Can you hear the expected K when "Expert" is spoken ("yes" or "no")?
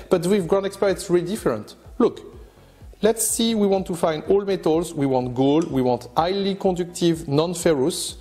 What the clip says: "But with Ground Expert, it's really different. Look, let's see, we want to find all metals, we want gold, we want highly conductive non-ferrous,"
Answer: yes